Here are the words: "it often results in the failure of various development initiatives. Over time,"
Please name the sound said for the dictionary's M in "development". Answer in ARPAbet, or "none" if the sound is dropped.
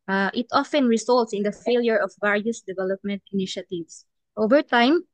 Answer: M